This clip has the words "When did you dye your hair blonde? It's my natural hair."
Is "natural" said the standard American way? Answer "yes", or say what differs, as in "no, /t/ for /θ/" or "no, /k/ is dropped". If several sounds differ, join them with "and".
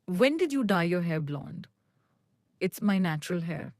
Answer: yes